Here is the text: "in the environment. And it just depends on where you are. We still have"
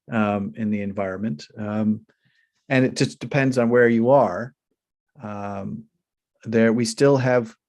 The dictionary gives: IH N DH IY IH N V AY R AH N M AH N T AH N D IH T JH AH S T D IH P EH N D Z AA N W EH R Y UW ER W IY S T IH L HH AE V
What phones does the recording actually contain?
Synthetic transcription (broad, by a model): IH N DH IY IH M V AY R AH N M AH N T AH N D IH T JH AH S D IH P EH N D Z N W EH R Y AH ER W IY S T IH L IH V